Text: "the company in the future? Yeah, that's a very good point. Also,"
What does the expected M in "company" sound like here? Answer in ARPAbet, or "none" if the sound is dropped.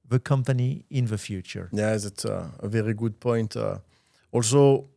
M